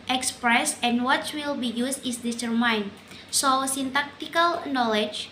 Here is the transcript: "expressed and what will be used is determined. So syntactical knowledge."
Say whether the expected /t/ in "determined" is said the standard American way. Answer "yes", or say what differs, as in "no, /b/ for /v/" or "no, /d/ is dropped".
no, /s/ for /t/